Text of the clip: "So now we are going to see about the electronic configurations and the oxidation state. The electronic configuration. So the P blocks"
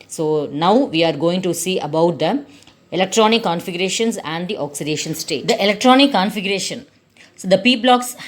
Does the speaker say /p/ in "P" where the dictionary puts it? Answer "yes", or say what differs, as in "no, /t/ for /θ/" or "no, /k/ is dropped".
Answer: yes